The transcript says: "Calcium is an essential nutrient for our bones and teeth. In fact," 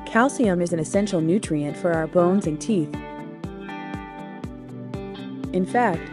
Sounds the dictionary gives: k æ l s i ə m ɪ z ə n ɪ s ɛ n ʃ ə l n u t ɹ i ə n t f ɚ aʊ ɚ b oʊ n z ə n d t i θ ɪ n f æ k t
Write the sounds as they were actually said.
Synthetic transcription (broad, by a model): k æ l s i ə m ɪ z ə n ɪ s ɛ n ʃ l n u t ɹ i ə n t f ɚ aʊ ɚ b oʊ n z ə n t i θ ɪ n f æ k t